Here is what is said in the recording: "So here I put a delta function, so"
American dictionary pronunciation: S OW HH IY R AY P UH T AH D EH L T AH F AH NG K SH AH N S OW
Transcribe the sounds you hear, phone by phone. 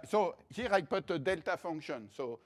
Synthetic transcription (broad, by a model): S OW HH IY R AY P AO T AH D EH L T AH F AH NG K SH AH N S OW